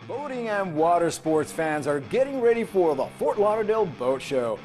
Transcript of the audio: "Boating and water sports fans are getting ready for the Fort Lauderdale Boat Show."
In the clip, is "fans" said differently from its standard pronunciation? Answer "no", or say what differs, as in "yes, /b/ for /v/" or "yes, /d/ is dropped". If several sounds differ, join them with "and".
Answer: no